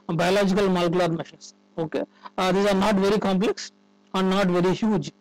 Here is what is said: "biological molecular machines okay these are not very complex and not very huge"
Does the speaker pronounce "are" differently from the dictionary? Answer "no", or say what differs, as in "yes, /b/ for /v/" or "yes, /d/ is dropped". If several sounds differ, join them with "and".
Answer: no